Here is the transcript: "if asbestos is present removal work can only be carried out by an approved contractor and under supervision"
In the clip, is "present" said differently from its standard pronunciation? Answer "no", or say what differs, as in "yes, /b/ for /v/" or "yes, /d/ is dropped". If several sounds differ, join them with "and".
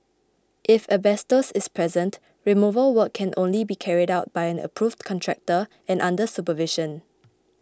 no